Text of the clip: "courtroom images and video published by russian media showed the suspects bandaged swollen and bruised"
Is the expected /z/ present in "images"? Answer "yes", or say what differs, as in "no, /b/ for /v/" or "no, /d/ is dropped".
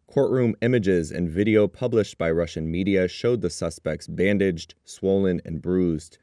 yes